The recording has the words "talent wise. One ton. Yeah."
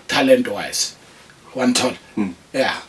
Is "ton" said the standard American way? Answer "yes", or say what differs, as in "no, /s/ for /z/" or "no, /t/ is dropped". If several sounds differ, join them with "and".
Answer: no, /l/ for /n/